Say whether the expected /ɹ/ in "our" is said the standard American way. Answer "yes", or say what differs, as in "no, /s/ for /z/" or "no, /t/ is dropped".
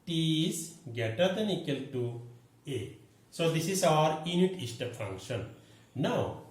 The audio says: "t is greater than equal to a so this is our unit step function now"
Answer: yes